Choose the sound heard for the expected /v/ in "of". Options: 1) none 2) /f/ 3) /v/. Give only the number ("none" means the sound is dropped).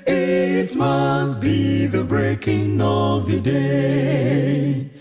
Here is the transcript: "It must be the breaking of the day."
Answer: 3